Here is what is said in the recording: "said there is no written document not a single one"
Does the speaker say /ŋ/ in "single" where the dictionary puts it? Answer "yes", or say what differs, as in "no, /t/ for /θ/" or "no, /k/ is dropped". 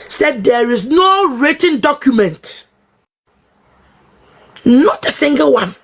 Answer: yes